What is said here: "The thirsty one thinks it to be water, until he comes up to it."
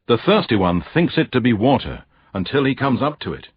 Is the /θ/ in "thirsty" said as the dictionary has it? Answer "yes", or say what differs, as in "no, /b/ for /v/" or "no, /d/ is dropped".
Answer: yes